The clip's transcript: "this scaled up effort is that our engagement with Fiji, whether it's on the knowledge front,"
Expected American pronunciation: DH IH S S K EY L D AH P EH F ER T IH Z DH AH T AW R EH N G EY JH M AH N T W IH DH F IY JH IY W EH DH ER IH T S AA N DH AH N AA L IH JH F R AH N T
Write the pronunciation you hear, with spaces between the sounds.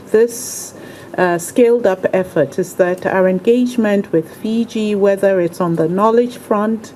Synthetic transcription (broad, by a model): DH IH S S K EY L D AH P EH F ER T IH Z DH AH T AW R EH N G EY JH M AH N T W IH DH F IY JH IY W EH DH ER IH T S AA N DH AH N AA L IH JH F R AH N T